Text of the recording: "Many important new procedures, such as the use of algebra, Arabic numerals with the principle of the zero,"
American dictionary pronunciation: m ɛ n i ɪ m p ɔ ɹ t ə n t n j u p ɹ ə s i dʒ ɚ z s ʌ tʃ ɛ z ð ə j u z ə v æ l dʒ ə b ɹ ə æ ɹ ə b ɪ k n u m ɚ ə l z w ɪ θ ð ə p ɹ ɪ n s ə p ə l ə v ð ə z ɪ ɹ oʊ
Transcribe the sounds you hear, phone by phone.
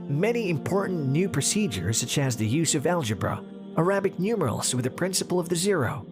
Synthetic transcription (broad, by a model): m ɛ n i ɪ m p ɔ ɹ t n n j u p ɹ ə s i dʒ ɚ z s ʌ tʃ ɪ z ð ə j u z ə v æ l dʒ ə b ɹ ə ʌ ɹ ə b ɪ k n u m ɚ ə l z w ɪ ð ə p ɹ ɪ n s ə p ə l ə v ð ə z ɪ ɹ oʊ